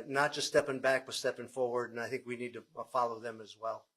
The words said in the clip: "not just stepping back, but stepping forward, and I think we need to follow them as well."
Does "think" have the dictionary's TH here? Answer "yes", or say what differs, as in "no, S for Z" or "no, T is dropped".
yes